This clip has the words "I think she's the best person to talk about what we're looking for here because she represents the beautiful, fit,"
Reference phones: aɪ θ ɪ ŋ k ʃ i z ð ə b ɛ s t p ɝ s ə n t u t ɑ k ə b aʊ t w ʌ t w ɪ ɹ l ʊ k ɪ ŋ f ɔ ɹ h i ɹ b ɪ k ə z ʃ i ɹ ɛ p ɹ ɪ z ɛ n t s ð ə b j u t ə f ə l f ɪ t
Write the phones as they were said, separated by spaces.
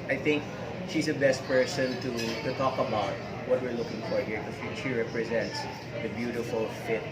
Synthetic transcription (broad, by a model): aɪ θ ɪ ŋ k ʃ i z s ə b ɛ s t p ɝ s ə n t u t ɑ k ə b aʊ t w ʌ t w ɪ ɹ l ʊ k ɪ ŋ f ɔ ɹ h i ɹ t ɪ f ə ʃ i ɹ ɛ p ɹ ɪ z ɛ n t s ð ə b j u t ə f ə l f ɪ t